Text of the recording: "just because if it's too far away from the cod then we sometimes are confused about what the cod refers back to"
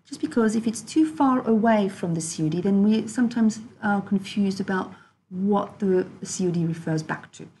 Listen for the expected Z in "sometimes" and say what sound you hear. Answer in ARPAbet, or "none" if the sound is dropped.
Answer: Z